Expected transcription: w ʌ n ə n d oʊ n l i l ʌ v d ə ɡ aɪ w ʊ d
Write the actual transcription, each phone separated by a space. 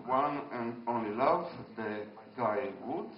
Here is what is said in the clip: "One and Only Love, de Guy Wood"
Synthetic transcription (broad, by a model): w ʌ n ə n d oʊ n l i l ʌ v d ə ɡ aɪ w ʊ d